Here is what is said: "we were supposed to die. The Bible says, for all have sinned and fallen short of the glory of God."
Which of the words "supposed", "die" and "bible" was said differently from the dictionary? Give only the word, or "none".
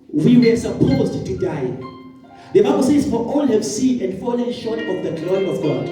none